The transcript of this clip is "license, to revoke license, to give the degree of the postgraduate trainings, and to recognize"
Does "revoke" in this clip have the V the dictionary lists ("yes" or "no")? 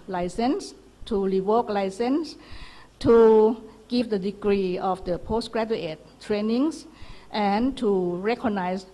no